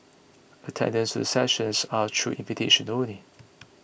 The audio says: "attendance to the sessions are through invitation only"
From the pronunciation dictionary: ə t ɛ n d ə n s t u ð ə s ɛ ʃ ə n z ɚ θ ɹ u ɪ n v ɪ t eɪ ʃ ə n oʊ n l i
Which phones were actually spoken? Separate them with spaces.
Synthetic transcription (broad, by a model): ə t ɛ n d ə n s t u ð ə s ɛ ʃ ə n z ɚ t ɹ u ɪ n v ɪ t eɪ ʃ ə n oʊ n i